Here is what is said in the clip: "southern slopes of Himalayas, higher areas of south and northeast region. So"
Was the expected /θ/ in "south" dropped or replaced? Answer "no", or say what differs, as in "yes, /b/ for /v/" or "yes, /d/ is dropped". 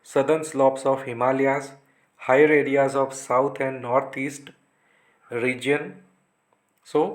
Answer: yes, /t/ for /θ/